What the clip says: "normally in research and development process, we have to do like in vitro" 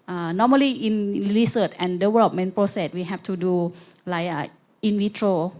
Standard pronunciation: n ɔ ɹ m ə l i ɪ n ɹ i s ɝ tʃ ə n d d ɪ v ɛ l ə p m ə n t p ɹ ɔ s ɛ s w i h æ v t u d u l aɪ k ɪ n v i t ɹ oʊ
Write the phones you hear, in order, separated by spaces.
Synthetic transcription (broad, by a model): n ɔ m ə l i ɪ n l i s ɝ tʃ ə n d d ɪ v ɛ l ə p m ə n p ɹ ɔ s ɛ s w i h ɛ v t u d u l aɪ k ɪ n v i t ɹ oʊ